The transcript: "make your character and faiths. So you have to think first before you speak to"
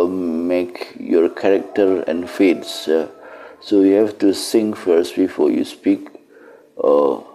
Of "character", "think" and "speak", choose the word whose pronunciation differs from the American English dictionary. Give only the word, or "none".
think